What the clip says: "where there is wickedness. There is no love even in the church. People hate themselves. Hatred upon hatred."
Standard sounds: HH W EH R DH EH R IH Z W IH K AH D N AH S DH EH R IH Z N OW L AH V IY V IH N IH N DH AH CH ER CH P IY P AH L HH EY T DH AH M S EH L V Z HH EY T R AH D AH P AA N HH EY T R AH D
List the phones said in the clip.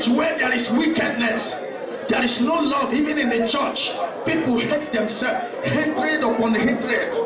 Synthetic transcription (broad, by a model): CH W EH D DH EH R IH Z W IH K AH D N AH S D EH R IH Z N OW L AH V IY V IH N IH N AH CH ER CH P IY P AH L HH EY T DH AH M S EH L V HH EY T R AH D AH P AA N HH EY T R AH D